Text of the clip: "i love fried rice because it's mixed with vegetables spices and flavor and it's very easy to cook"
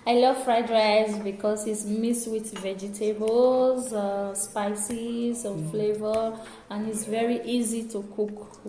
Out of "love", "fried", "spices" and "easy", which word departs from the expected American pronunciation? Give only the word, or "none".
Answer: none